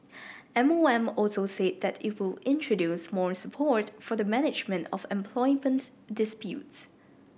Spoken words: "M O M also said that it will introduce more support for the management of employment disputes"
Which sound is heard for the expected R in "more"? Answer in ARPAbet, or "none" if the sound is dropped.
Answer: R